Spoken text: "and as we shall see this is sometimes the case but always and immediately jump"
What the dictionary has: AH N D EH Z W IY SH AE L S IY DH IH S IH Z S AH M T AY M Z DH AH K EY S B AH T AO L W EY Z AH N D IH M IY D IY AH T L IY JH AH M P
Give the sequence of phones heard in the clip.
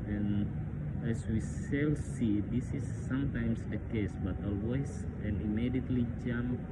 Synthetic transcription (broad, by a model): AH N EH S W IY S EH L S IY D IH S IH S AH M T AY M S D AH K EY S B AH T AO L W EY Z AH N IH M IY D IY AH T L IY JH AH M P